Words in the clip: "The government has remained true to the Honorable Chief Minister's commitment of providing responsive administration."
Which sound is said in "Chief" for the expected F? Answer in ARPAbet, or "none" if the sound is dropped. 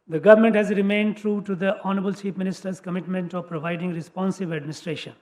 P